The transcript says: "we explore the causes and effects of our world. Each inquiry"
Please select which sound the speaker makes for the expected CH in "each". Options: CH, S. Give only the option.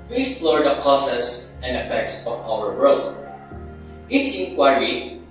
S